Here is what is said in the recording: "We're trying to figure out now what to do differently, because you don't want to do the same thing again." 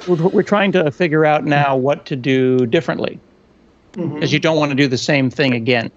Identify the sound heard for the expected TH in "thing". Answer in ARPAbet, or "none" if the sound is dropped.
TH